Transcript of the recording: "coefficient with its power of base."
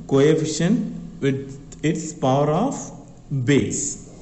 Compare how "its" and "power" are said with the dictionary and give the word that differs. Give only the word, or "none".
none